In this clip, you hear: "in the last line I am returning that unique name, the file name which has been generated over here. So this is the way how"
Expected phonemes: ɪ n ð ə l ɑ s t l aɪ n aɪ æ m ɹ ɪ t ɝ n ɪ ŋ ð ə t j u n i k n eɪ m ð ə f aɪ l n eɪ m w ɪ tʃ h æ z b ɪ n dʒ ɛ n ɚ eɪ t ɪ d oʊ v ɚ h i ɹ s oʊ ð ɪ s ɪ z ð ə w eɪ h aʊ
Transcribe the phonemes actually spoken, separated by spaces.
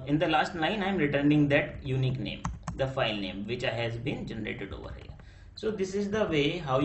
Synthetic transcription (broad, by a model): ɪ n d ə l ɑ s t n aɪ n aɪ m ɹ ɪ t ɝ n ɪ ŋ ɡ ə t j u n i k n eɪ m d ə f aɪ l n eɪ m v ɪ tʃ h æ z b ɪ n dʒ ɛ n ɚ eɪ t ɪ d oʊ v ɚ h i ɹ s oʊ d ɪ s ɪ z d ə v eɪ h aʊ